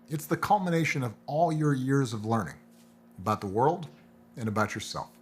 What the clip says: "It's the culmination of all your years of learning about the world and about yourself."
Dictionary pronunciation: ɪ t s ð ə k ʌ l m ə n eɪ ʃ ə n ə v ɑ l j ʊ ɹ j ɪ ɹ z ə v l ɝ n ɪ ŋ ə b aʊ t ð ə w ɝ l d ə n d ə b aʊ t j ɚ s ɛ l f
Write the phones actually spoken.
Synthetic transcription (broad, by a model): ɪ t s ð ə k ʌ l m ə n eɪ ʃ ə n ə v ɑ l j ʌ ɹ j ɪ ɹ z ə v l ɝ n ɪ ŋ ə b aʊ t ð ə w ɝ l d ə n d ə b aʊ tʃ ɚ s ɛ l f